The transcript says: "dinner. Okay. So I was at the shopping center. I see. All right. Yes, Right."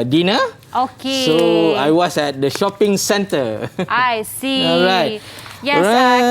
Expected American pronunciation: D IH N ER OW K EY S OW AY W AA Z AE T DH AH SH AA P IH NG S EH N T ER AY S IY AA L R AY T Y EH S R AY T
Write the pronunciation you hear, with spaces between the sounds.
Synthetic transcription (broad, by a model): D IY N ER OW K EY S OW AY W AA S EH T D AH SH AA P IH NG S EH N T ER AY S IY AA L R AY T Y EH R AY